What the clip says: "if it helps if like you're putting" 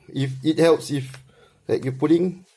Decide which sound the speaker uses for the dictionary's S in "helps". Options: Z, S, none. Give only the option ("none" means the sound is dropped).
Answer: S